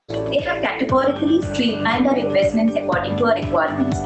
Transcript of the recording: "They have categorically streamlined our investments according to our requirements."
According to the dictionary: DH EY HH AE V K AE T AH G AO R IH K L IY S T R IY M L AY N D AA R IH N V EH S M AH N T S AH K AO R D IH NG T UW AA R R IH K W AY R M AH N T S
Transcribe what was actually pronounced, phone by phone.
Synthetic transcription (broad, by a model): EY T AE K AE T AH G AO R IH K L IY S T R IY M AY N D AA R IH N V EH S M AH N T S AH K AO R D IH NG T UW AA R R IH K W AY R M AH N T S